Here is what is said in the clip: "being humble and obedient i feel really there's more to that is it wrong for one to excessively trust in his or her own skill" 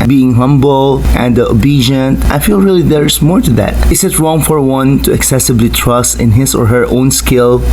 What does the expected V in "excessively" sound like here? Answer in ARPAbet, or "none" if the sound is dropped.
B